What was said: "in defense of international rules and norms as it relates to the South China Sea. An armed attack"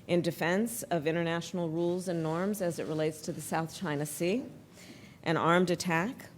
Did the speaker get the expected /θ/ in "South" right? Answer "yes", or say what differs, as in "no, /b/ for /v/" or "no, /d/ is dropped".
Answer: yes